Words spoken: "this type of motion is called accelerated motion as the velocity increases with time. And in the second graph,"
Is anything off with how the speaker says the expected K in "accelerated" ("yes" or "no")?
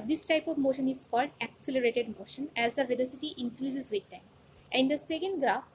no